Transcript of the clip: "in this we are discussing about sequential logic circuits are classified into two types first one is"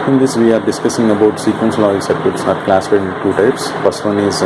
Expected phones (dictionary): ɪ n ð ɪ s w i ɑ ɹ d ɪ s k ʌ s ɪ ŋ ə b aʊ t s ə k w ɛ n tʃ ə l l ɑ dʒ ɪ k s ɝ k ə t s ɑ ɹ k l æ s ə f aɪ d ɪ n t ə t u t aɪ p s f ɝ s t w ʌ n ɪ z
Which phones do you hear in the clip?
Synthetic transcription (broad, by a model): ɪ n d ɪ s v i ɑ ɹ d ɪ s k ʌ s ɪ ŋ ə b aʊ t s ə k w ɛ n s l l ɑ ɪ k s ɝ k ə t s ɑ ɹ k l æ s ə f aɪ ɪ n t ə t u t aɪ p s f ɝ s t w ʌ n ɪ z